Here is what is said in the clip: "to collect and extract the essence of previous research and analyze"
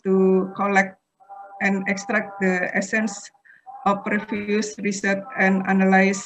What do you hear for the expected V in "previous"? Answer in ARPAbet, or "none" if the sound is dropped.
F